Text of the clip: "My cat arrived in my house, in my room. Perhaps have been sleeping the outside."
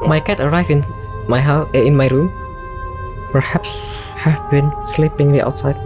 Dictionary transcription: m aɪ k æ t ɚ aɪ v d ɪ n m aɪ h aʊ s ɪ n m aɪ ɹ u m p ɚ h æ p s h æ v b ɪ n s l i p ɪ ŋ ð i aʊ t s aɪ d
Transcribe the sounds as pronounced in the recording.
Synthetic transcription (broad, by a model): m aɪ k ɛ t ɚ aɪ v ɪ n m aɪ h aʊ ɪ n m aɪ ɹ u m p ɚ h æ p s h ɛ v b ɪ n s l i p ɪ ŋ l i aʊ t s aɪ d